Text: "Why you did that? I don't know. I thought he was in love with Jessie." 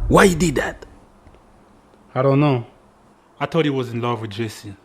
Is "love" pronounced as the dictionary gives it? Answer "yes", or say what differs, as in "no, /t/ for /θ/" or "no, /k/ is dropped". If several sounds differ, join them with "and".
yes